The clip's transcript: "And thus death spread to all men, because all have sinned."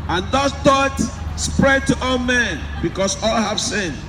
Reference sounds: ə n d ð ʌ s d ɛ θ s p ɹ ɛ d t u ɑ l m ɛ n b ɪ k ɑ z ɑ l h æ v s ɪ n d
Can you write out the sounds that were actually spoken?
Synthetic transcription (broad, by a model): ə n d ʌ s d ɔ t s p ɹ ɛ d t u ɑ l m ɛ n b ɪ k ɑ s ɑ l h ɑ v s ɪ n